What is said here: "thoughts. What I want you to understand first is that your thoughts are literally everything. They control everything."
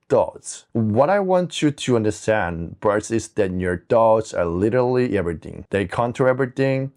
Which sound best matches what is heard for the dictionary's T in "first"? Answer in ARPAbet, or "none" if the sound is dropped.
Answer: none